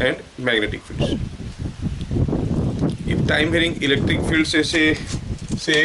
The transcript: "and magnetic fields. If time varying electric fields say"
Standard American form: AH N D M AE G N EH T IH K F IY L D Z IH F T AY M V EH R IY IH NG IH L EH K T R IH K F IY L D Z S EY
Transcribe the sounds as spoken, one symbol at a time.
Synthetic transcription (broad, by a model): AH N D M AE G N EH T IH K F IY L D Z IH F T AY M B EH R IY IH NG IH L EH K T R IH K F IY L D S S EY